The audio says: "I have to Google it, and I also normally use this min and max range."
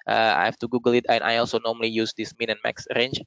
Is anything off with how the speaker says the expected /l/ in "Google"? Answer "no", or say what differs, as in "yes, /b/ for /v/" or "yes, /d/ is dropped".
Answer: no